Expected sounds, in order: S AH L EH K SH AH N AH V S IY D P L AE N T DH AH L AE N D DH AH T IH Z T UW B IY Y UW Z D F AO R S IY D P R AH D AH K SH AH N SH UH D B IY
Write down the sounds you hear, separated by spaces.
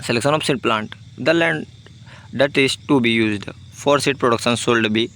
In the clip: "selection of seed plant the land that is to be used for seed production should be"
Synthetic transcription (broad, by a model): S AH L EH K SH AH N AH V S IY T P L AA N T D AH L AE N D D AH T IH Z T UW B IY Y UW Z D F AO R S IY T P R AH D AH K SH AH N S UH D B IY